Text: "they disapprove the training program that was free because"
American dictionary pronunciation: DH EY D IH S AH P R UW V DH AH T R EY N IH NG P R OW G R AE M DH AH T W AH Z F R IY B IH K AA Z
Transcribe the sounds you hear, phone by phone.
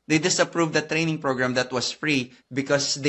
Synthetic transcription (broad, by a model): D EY D IH S AH P R UW V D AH T R EY N IH NG P R OW G R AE M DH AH T W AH S F R IY B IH K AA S